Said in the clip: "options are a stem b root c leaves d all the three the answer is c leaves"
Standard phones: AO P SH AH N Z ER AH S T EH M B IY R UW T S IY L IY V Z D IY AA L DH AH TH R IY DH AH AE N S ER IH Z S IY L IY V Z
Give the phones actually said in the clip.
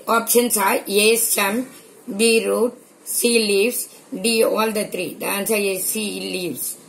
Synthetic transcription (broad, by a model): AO P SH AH N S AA AH S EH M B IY R UW T S IY L IY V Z D IY AA L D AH T R IY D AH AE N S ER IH S IY L IY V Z